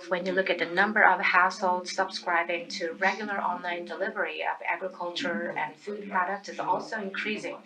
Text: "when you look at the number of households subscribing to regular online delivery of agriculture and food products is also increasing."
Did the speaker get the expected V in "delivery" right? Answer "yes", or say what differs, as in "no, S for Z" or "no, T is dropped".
yes